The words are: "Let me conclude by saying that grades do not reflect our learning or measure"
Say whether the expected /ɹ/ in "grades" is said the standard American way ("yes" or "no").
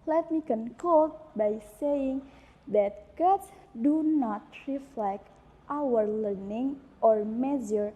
no